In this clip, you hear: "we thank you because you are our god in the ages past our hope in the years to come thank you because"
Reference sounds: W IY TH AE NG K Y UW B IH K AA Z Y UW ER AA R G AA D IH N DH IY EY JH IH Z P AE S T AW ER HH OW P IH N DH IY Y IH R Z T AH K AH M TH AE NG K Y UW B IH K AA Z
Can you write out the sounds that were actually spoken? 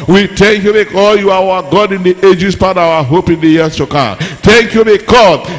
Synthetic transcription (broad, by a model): W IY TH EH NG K Y UW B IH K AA Y UW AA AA G AA D IH N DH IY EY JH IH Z P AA T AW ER HH OW P IH N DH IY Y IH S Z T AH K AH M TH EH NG K Y UW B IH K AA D